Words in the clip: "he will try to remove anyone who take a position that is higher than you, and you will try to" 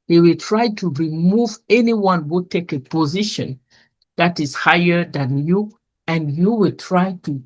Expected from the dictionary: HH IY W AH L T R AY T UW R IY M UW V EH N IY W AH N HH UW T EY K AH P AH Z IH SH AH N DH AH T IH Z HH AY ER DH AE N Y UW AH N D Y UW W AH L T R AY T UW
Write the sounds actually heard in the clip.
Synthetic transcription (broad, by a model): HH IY W AH L T R AY T UW R IY M UW V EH N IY W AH N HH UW T EY K AH P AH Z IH SH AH N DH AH T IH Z HH AY ER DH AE N Y UW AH N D Y UW W AH L T R AY T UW